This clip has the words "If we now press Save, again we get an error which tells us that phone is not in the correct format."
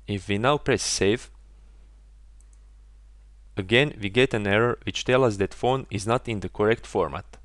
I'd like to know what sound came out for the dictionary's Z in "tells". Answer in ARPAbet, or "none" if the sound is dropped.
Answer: none